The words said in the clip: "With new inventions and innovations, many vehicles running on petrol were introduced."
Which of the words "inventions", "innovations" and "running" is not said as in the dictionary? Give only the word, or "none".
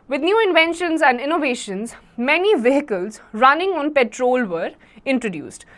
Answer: none